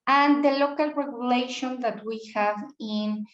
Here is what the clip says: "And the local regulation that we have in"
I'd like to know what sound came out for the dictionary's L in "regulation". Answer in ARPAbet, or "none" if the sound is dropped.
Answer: L